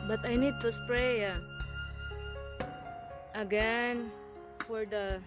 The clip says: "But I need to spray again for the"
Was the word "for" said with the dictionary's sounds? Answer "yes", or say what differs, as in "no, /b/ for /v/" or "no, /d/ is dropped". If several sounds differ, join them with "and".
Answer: yes